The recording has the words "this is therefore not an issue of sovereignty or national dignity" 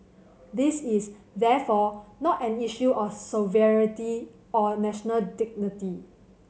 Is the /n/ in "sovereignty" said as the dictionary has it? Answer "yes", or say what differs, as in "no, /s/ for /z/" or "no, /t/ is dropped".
no, /n/ is dropped